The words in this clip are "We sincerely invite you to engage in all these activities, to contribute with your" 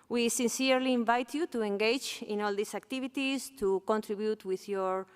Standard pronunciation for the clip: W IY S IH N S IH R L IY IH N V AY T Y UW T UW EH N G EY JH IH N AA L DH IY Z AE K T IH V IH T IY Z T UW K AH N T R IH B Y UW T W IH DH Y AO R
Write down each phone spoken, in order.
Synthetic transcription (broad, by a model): W IY S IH N S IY R L IY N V AY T Y UW T UW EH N G EY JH IH N AA L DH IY S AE K T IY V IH T IY S T UW K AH N T R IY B Y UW T W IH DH Y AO R